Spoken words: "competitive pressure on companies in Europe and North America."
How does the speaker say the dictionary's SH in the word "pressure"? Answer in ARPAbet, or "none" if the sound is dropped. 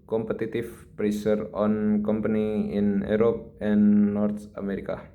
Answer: S